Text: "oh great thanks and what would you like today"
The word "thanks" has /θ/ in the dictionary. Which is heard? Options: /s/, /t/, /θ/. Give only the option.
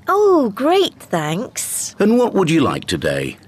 /θ/